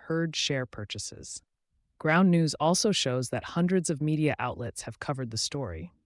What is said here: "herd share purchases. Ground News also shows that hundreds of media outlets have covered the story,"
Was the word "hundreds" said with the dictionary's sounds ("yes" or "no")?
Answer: yes